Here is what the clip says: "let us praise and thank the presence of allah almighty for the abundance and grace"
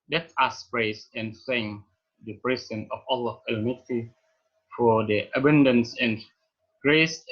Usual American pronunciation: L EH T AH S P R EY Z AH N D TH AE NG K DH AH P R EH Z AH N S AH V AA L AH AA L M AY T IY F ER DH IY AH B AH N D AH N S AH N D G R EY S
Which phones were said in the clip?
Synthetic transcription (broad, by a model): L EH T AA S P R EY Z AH N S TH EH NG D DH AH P R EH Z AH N AH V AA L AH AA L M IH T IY F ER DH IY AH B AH N D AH N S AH N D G R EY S